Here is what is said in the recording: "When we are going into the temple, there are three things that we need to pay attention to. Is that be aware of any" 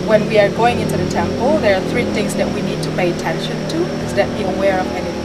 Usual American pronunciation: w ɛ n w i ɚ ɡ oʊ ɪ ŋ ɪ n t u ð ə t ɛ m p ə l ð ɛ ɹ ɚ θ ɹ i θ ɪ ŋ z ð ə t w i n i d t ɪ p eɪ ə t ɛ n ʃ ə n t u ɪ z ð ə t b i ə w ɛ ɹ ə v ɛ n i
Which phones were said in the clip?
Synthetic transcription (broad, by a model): w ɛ n w i ɚ ɡ oʊ ɪ ŋ ɪ n t u ð ə t ɛ m p ə l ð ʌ ɹ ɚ θ ɹ i θ ɪ ŋ z ð ə t w i n i d t ɪ p eɪ ə t ɛ n ʃ ə n t u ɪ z ð ə t b i ə w ɛ ɹ ə v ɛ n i